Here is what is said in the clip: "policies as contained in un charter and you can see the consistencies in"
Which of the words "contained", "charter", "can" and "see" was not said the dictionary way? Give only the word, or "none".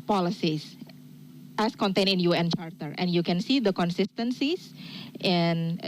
contained